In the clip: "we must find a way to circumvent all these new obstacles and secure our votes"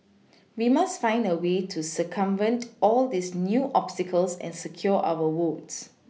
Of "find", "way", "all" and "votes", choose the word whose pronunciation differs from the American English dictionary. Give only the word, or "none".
votes